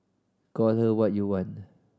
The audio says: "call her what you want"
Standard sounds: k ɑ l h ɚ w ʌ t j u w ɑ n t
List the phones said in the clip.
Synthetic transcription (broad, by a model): k ɑ l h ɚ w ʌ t j u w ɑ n